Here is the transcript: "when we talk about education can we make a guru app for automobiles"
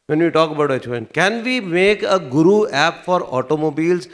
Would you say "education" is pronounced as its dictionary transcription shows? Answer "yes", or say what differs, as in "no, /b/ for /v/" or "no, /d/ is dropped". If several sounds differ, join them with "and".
no, /ʃ/ is dropped